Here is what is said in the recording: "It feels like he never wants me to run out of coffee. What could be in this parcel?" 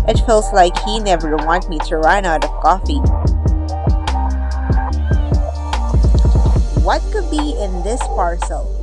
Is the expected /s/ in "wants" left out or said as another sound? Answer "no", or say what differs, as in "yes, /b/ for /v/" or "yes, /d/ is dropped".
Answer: yes, /s/ is dropped